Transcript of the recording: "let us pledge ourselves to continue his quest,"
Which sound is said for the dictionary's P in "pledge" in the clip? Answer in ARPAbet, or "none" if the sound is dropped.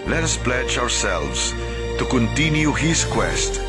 P